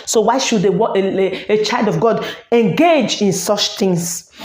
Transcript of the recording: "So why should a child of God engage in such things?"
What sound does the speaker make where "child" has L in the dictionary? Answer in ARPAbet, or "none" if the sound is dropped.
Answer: L